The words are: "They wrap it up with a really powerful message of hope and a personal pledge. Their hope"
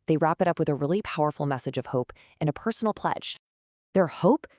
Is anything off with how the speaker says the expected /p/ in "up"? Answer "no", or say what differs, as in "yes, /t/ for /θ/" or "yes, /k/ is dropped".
no